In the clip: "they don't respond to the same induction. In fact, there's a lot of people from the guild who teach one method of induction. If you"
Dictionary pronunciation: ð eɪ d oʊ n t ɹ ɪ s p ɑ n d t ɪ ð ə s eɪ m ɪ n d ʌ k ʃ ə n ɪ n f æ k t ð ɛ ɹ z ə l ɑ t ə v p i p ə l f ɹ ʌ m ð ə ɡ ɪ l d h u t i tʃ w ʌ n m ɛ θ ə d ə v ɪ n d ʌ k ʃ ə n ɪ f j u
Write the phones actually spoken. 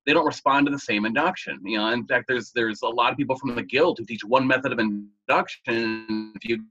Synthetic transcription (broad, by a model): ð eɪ d oʊ n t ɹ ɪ s p ɑ n t ɪ ð ə s eɪ m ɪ n d ʌ k ʃ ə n ɪ n f æ k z ð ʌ ɹ z ə l ɑ t ə v p i p l f ɹ ʌ m ð ə ɡ ɪ l d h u t i tʃ w ʌ n m ɛ θ ə d ə v ɪ n d ʌ k ʃ ə n ɪ f j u